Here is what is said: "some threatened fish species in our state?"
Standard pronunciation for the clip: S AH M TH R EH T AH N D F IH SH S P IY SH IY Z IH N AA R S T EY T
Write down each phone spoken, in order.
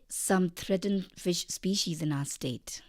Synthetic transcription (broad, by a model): S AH M T R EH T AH N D F IH SH S P IY SH IY Z IH N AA S T EY T